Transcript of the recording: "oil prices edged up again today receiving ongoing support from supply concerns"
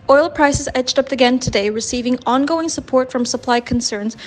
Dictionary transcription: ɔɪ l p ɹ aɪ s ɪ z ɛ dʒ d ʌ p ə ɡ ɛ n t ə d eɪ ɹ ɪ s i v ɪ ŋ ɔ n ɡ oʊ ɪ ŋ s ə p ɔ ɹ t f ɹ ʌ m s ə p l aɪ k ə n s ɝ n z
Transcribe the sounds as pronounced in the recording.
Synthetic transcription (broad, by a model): ɔɪ l p ɹ aɪ s ɪ z ɛ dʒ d ʌ p ə ɡ ɛ n t ə d eɪ ɹ ɪ s i v ɪ ŋ ɔ n ɡ oʊ ɪ ŋ s ə p ɔ ɹ t f ɹ ʌ m s ə p l aɪ k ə n s ɝ n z